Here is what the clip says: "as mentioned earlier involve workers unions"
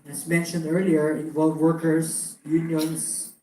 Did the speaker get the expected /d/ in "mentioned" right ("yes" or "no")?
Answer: yes